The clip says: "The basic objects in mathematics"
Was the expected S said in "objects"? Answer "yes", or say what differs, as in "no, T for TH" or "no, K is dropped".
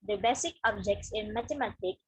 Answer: yes